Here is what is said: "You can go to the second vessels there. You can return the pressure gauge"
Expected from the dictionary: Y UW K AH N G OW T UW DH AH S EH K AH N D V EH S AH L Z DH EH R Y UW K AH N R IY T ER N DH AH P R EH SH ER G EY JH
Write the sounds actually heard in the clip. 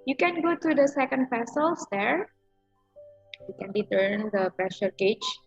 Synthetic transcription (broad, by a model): Y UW K AH N G OW T UW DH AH S EH K AH N D P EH S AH L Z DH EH R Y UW K AH N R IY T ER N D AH P R EH SH ER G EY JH